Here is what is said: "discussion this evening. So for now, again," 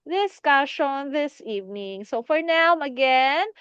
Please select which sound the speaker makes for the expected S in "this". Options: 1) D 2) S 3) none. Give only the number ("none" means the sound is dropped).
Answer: 2